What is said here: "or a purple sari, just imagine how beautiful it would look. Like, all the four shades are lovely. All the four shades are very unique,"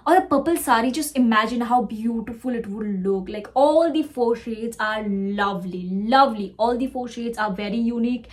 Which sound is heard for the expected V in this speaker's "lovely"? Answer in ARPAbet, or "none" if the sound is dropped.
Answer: V